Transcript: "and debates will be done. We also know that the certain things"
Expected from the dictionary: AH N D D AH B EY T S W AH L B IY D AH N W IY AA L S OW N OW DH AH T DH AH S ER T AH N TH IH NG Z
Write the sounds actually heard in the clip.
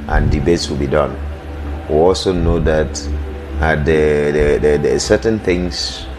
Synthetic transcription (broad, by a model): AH N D D AH B EY T S W AH L B IY D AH N W IY AA L S OW N OW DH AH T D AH S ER T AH N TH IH NG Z